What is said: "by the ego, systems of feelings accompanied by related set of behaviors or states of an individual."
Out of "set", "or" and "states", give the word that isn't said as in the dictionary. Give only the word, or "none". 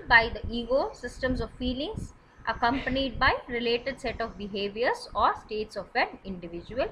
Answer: none